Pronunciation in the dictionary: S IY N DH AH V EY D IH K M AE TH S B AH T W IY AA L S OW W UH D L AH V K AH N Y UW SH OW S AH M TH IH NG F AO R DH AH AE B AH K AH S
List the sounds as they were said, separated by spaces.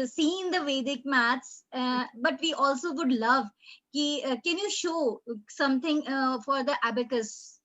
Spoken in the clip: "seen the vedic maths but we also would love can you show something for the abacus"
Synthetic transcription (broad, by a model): S IY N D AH V EY D IH K M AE T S B AH T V IY AA L S OW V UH D L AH V K AH N Y UW SH OW S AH M T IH NG F AO R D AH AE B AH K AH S